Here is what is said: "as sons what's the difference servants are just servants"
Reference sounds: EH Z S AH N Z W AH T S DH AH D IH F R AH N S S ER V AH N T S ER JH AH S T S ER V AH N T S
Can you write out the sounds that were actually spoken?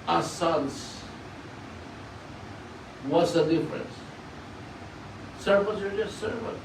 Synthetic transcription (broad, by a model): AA S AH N S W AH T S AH D IH F R AH N S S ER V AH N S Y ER JH AH S T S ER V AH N